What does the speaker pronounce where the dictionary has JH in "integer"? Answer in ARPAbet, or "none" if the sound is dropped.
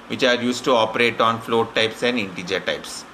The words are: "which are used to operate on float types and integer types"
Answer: JH